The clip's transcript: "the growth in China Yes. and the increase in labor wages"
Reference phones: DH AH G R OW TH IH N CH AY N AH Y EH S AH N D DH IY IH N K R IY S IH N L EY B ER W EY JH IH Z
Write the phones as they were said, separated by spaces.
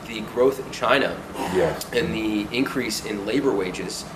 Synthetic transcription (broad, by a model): DH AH G R OW TH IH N CH AY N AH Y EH AH N DH IY IH N K R IY S IH N L EY B ER W EY JH IH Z